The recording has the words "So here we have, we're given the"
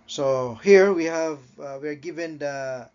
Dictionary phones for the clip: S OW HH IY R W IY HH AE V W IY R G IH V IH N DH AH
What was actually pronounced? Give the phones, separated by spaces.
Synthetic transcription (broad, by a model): S OW HH IY R W IY HH AE V W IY R G IH V IH N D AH